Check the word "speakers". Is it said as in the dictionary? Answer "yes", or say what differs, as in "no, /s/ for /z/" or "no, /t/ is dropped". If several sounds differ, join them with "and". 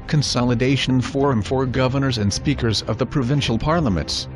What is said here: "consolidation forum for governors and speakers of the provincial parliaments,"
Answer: yes